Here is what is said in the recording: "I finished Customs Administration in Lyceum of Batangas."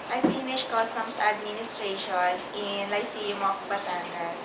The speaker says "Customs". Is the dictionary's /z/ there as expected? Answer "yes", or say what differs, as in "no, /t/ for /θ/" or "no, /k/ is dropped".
no, /s/ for /z/